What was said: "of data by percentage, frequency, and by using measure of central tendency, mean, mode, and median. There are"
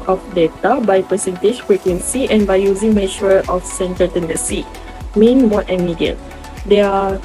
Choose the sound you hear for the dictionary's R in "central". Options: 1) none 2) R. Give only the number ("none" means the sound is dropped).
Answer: 1